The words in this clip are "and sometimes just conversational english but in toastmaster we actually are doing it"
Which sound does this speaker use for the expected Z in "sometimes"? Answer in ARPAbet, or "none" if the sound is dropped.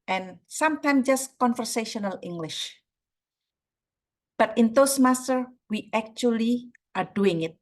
none